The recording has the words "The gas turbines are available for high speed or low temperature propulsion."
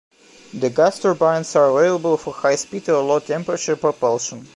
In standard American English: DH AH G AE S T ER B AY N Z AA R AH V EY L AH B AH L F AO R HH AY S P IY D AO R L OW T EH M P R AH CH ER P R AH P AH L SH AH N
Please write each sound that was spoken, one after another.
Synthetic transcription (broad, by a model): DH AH G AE S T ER B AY N S AA R AH V EY L AH B AH L F AO R HH AY S P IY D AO L L OW T EH M P R AH CH ER P R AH P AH L SH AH N